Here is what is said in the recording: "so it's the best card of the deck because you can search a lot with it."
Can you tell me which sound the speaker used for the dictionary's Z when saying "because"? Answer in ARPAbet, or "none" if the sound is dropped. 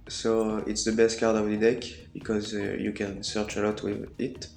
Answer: Z